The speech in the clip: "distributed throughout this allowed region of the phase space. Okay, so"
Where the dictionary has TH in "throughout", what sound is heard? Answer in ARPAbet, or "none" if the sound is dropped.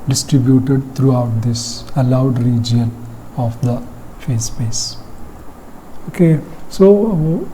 T